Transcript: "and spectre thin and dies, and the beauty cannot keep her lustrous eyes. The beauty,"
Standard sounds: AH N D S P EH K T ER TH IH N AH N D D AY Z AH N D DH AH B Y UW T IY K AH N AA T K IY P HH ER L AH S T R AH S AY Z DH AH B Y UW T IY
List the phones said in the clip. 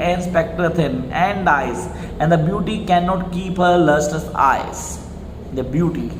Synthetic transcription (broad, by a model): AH N S P EH K T ER T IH N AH N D D AY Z AH N D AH B Y UW T IY K AH N AA T K IY P HH ER L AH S T AH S AY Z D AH B Y UW T IY